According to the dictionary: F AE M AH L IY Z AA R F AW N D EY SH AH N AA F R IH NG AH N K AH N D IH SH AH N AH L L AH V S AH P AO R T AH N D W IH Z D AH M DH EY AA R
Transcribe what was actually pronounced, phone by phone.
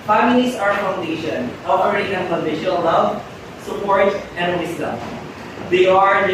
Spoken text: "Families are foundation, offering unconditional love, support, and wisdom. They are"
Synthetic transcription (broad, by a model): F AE M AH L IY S AA R F AW N D EY SH AH N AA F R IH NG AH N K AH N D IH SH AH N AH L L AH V S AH P AO R T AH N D W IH S D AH M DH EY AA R